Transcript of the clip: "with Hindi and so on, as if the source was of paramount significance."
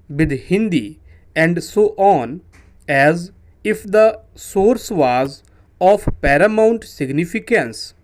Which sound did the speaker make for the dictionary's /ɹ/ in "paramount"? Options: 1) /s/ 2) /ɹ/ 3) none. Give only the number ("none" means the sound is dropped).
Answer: 2